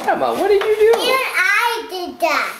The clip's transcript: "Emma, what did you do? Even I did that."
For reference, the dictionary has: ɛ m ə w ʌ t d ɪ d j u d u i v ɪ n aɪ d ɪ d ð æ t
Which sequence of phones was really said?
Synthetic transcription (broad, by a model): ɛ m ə w ʌ t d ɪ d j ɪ d u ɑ ɪ d ɪ d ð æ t